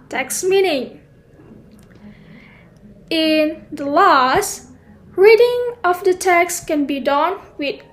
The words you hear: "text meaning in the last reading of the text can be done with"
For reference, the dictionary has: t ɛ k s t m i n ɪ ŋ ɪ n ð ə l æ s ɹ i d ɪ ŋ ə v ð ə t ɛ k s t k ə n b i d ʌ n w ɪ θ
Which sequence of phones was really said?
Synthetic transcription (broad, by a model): t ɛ k s m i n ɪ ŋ ɪ n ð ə l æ s ɹ i d ɪ ŋ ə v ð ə t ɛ k s k ə n b i d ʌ n w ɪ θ